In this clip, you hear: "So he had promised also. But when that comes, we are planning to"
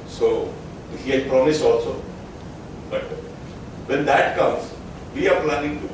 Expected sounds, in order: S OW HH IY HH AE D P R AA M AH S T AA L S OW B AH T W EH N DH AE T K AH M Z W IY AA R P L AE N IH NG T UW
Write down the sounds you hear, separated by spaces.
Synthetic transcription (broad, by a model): S OW HH IY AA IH P R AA M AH S AA L S OW B AH T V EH N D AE T K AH M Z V IY AA R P L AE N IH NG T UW